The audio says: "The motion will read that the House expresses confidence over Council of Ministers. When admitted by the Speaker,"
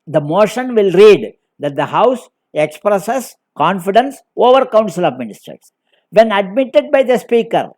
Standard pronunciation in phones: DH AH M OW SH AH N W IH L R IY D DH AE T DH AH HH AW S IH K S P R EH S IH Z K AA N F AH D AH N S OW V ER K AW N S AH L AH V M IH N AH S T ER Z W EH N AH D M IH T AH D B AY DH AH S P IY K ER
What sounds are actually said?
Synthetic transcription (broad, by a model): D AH M OW SH AH N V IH L R IY D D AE T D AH HH AW S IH K S P R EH S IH S K AA N F AH D AH N S OW V ER K AW N S AH L AH V M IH N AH S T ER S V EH N AH D M IH T AH D B AY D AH S P IY K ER